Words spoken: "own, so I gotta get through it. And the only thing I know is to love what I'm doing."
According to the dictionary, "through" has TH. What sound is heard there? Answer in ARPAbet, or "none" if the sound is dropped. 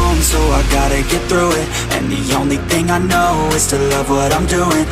TH